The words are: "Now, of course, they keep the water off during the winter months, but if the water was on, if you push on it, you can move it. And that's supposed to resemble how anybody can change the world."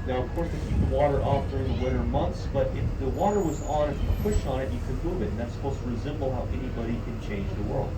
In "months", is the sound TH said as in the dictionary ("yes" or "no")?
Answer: yes